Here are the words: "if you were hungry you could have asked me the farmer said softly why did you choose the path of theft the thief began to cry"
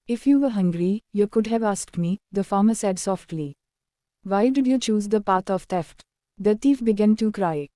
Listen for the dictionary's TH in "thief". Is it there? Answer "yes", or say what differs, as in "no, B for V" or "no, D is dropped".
no, T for TH